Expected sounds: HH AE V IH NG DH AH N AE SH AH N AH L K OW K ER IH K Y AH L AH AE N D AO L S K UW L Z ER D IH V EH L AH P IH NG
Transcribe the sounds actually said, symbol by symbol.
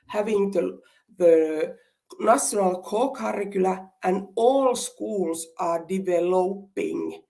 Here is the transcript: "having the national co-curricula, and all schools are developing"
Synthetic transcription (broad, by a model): HH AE V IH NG DH AH N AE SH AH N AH L K OW K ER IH K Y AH L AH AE N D AO L S K UW L S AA D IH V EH L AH P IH NG